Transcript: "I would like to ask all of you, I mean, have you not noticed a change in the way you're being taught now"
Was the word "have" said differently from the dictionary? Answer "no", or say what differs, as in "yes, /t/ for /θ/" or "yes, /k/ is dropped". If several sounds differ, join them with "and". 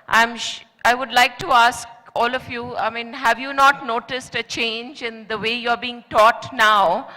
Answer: no